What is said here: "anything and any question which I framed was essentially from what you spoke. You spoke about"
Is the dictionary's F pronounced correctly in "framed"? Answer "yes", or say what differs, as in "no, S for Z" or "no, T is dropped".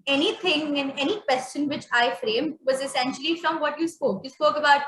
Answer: yes